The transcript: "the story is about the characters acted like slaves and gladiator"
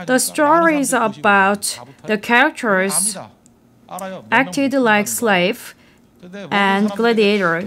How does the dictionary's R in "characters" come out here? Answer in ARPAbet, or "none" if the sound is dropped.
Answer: none